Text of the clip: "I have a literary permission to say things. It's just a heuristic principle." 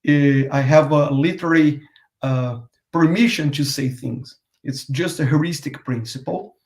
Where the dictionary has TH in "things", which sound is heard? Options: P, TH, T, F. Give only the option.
TH